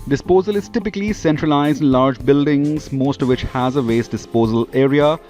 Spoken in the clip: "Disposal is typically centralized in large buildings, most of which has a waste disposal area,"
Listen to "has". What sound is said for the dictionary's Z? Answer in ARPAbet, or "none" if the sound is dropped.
Z